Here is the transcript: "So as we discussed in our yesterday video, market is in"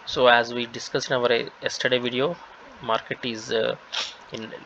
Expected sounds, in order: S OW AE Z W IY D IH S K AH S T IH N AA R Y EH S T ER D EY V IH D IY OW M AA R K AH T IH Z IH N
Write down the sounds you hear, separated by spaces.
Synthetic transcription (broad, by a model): S OW AE Z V IY D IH S K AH S IH N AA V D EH S T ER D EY V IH D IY OW M AA R K AH T IH Z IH N